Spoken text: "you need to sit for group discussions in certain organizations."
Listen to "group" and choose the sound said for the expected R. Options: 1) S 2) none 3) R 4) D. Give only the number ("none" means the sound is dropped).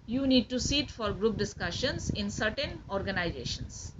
3